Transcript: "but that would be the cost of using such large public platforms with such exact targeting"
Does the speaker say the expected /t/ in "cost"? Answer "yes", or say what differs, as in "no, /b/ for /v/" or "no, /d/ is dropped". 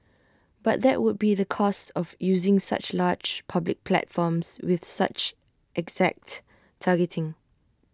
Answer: yes